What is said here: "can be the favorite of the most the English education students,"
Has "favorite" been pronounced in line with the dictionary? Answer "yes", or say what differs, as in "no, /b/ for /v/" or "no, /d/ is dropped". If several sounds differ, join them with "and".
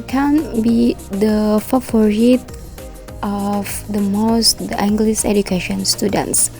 no, /f/ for /v/